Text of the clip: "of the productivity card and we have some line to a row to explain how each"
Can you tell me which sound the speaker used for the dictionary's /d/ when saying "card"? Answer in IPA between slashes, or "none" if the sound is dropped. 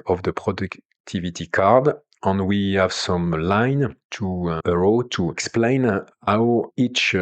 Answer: /d/